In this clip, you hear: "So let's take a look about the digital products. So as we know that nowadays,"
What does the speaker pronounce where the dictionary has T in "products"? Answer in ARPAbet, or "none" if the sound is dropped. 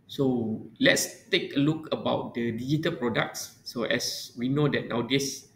T